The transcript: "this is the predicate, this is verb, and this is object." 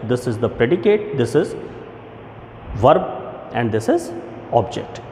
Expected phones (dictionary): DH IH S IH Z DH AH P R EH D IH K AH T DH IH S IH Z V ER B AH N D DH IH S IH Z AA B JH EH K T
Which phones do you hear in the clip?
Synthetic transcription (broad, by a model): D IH S IH Z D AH P R EH D IH K AH T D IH S IH Z V ER B AH N D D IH S IH Z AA B JH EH K T